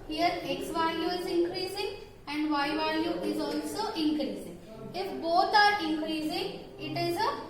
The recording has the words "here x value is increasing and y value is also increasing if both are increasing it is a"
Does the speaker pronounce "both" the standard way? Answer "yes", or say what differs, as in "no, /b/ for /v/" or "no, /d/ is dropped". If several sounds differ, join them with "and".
no, /t/ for /θ/